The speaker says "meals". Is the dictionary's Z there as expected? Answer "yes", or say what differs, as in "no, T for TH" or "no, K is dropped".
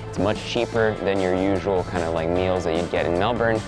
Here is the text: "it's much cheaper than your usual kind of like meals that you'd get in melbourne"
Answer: yes